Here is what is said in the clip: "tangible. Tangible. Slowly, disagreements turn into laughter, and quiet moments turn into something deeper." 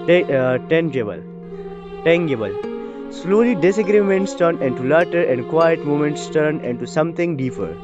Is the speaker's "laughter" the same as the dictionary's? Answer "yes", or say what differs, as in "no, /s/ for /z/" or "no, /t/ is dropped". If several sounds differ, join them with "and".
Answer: no, /f/ is dropped